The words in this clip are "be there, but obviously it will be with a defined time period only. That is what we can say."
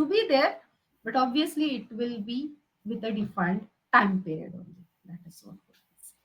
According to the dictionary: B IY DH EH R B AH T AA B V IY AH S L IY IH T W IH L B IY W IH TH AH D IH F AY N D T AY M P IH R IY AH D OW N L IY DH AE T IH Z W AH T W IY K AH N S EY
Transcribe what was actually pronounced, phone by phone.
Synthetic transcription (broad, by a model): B IY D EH R B AH T AA B V IY AH S L IY IH T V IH L B IY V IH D AH D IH F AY N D T AY M P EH R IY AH D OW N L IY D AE T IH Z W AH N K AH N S